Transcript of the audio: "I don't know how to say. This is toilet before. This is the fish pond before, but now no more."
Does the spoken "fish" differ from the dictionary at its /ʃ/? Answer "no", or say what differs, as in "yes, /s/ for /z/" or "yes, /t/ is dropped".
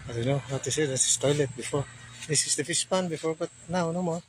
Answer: yes, /s/ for /ʃ/